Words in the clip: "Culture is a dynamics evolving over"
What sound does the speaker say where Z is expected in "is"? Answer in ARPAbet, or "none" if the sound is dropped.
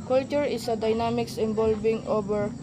S